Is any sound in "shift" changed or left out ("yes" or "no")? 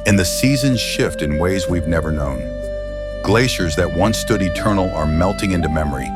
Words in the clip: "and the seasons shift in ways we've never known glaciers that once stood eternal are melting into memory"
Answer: no